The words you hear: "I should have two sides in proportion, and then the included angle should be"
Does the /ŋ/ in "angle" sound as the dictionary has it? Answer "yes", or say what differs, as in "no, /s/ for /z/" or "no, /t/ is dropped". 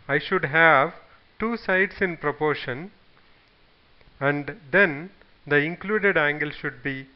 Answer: yes